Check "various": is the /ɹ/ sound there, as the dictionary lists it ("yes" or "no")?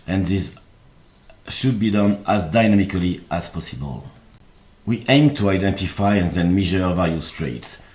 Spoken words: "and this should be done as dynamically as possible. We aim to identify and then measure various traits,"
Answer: no